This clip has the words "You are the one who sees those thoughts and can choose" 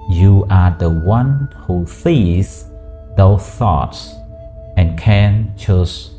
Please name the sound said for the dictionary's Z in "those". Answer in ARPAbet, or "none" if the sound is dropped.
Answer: none